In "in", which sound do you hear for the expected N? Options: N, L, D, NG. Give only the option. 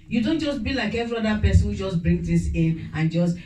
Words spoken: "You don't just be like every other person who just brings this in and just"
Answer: N